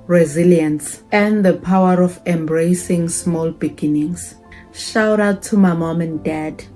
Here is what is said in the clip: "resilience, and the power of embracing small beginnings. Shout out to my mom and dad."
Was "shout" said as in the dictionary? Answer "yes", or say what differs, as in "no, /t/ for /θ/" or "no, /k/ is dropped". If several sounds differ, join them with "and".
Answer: yes